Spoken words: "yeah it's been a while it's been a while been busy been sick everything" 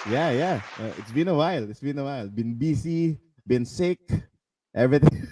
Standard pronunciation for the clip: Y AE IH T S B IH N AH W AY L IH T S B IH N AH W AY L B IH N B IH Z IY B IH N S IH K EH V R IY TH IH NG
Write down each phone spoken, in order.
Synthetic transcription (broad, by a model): Y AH IH T S B IH N AH W AY L IH T S B IH N AH W AY L B IH N B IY S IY B IH N S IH K EH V R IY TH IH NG